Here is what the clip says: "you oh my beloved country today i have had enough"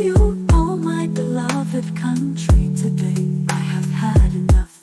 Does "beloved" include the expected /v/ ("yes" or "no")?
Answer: yes